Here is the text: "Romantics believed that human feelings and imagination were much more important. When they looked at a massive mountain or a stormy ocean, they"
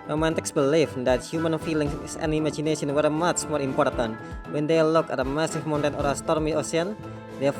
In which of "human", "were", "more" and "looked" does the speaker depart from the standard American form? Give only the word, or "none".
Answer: looked